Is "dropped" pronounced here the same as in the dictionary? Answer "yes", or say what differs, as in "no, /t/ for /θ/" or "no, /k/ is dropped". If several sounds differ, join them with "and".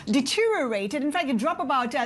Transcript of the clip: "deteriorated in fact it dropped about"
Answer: no, /t/ is dropped